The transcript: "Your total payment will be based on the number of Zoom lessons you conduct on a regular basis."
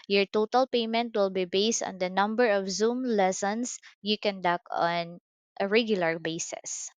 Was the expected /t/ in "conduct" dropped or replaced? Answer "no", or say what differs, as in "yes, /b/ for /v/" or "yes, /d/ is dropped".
yes, /t/ is dropped